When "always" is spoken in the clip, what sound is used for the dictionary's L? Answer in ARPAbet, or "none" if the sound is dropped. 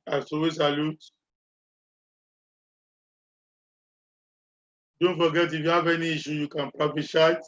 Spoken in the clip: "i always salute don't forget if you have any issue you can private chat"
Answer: none